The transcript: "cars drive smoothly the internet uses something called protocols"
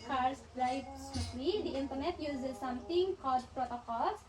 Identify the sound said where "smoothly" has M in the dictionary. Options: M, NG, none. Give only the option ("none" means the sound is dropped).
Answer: none